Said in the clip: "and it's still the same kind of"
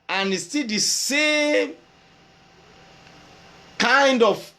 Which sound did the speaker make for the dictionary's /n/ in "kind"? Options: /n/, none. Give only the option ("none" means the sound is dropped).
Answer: /n/